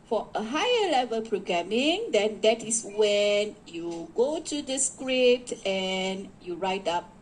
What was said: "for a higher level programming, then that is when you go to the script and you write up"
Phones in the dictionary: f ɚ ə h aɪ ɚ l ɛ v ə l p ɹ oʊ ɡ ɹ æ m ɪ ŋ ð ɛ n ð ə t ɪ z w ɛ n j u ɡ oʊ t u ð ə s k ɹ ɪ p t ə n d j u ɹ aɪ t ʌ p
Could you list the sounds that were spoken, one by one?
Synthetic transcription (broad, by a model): f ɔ ə h aɪ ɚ l ɛ v ə l p ɹ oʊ ɡ ɹ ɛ m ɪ ŋ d ɛ n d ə t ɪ s w ɛ n j u ɡ oʊ t u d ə s k ɹ ɪ p t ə n j u ɹ aɪ t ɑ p